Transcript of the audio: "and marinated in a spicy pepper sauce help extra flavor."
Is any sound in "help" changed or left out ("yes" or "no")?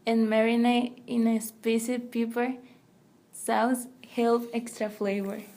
yes